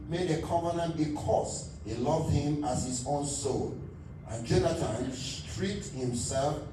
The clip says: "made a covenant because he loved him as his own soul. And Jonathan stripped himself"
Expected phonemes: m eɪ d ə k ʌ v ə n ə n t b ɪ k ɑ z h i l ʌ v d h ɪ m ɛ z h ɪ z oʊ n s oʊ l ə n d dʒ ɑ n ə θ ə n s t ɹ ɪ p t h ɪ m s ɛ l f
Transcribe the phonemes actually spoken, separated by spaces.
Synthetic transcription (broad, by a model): m eɪ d ə k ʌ v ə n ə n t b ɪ k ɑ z h i l ʌ v d h ɪ m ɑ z h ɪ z oʊ n s oʊ l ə n dʒ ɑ n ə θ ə n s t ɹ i t h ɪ m s ɛ l f